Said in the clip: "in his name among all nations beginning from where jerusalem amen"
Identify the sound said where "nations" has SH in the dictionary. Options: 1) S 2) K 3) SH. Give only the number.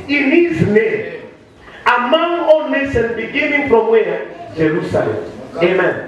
1